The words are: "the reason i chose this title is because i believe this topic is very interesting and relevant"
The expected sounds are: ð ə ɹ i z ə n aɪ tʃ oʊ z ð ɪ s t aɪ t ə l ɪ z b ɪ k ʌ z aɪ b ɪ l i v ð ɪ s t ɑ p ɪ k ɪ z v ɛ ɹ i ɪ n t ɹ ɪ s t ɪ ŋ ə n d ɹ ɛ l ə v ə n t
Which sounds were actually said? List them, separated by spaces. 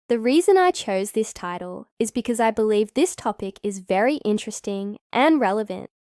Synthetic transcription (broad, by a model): ð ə ɹ i z ə n aɪ tʃ oʊ z ð ɪ s t aɪ t l ɪ z b ɪ k ʌ z aɪ b ɪ l i v ð ɪ s t ɑ p ɪ k ɪ z v ɛ ɹ i ɪ n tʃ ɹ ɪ s t ɪ ŋ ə n ɹ ɛ l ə v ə n t